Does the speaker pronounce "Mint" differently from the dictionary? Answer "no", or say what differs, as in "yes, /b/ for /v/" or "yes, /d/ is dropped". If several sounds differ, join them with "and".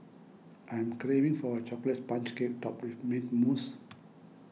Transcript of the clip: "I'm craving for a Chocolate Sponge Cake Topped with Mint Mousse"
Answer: yes, /n/ is dropped